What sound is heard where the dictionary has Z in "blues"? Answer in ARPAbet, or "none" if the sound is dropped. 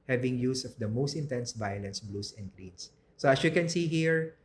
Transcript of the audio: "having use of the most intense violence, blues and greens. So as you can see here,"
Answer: S